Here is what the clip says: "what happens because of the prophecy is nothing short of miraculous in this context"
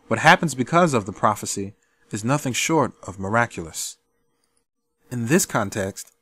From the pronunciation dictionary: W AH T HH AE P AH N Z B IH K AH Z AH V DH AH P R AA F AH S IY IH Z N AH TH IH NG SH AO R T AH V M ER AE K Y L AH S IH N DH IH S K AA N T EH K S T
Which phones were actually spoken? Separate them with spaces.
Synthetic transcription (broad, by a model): W AH T HH AE P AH N Z B IH K AH Z AH V DH AH P R AA F AH S IY IH Z N AH TH IH NG SH AO R T AH V M ER AE K Y L AH S IH N DH IH S K AA N T EH K S T